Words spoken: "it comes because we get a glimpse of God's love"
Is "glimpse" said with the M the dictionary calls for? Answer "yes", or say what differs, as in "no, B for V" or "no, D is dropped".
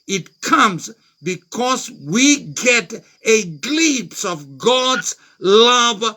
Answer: no, M is dropped